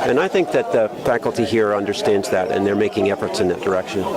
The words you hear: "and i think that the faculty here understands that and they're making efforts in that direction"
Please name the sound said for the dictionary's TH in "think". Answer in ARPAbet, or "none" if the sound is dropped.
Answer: TH